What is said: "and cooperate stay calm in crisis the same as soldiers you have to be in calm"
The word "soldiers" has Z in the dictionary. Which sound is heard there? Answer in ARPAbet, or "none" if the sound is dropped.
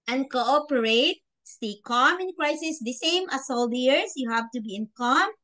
S